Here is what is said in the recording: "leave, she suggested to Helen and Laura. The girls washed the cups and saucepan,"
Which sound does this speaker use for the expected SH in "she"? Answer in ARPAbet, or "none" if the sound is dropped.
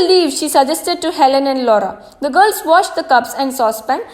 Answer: SH